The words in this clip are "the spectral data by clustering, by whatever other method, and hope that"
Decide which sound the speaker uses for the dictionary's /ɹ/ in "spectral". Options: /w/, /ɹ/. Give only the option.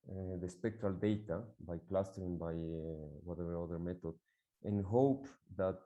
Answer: /ɹ/